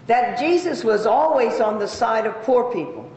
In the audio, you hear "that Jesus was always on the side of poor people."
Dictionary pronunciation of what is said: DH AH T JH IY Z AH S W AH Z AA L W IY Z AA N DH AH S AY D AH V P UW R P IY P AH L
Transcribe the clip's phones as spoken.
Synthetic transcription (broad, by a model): DH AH T JH IY Z AH S W AH Z AA L W IY Z N DH AH S AY D AH V P UW R P IY P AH L